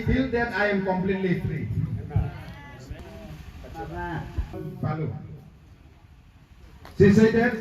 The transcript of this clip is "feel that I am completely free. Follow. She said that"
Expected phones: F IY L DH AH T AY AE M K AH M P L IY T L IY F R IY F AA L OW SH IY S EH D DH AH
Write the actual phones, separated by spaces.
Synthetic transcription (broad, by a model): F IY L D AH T AY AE M K AH M P L IY T L IY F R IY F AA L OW S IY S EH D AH